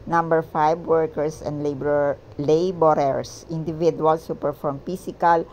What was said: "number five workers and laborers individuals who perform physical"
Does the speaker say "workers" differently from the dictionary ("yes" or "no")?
yes